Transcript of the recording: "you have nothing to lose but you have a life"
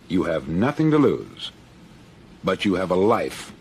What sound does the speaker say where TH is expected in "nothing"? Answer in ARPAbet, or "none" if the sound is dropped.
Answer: TH